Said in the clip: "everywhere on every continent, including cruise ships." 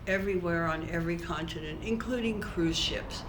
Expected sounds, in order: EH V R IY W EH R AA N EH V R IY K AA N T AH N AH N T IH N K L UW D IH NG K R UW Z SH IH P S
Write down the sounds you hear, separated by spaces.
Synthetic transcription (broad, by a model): EH V R IY W EH R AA N EH V R IY K AA N T AH N AH N T IH N K L UW D IH NG K R UW Z SH IH P S